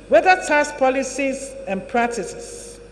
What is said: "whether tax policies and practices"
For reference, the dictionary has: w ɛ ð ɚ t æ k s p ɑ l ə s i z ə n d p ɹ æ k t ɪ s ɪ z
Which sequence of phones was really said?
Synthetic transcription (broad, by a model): w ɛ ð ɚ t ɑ s p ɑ l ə s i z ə n p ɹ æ k t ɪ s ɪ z